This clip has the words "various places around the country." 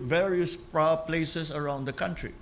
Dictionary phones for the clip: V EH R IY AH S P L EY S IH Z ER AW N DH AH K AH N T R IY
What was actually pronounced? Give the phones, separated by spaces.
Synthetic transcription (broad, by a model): V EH R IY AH S P L EY S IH S ER AW N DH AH K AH N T R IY